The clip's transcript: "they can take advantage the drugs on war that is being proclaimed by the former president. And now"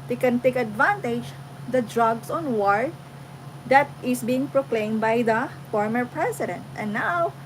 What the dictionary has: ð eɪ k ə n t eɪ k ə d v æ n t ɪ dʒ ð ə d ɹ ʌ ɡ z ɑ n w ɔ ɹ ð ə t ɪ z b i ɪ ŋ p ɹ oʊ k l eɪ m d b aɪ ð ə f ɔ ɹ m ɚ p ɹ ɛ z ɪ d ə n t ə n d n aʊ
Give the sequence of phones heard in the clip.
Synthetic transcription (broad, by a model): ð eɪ k ə n t eɪ k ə d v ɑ n t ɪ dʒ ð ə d ɹ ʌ ɡ s ɑ n w ɔ ɹ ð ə t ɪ s b i ɪ ŋ p ɹ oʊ k l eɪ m b aɪ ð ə f ɔ ɹ m ɚ p ɹ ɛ s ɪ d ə n t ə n n aʊ